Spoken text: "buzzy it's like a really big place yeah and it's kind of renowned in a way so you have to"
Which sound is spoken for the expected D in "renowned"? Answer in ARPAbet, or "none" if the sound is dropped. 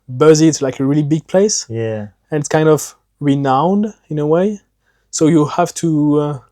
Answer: D